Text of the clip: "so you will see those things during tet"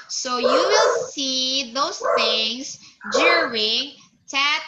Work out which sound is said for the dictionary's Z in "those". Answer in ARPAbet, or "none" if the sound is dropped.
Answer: S